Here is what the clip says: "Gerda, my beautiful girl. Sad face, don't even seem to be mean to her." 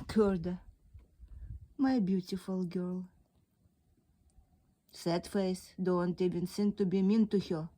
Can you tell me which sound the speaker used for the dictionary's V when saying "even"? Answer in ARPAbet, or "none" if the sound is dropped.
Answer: B